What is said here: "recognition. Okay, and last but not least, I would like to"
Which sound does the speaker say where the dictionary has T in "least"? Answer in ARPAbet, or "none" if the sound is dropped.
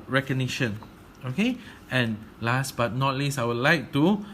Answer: none